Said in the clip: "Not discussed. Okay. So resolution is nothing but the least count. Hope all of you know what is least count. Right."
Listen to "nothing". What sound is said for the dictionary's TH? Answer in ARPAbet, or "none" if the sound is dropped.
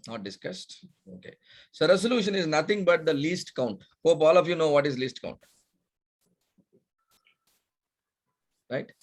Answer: T